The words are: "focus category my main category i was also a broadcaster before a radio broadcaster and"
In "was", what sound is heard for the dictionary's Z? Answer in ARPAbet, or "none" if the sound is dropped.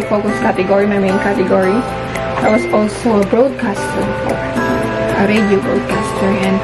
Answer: S